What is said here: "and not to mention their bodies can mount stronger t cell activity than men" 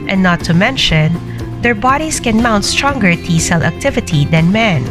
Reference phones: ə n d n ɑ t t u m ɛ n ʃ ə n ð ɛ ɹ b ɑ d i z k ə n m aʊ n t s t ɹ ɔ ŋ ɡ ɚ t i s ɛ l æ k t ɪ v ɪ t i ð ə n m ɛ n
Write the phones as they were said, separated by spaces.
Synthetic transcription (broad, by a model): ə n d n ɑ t t u m ɛ n ʃ ə n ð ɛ ɹ b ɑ d i s k ə n m aʊ n t s t ɹ ɔ ŋ ɡ ɚ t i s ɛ l æ k t ɪ v ɪ t i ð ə n m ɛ n